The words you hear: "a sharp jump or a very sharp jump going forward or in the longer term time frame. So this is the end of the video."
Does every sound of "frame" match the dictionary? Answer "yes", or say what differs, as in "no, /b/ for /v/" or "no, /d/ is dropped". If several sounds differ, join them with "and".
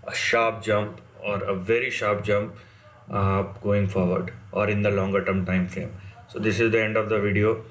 no, /ɹ/ is dropped